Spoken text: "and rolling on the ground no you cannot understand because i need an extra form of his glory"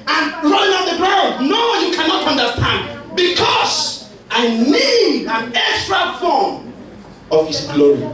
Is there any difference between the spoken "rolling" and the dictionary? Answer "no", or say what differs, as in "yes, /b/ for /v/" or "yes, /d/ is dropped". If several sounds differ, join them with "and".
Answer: yes, /l/ is dropped